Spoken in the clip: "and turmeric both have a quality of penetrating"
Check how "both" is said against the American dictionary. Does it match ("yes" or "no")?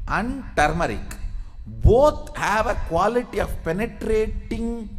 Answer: no